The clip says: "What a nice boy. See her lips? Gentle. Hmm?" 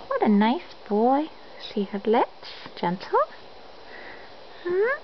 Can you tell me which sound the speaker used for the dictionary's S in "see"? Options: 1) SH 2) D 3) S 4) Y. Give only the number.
1